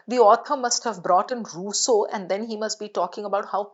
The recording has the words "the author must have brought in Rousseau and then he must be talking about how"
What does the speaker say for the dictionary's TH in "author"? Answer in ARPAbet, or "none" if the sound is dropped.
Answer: T